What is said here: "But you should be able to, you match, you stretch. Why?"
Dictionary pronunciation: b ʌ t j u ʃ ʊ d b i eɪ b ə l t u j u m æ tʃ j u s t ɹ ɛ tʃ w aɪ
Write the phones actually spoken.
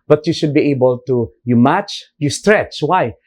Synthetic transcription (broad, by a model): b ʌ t j u ʃ ʊ d b i eɪ b ə l t u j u m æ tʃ j u s t ɹ ɛ tʃ w aɪ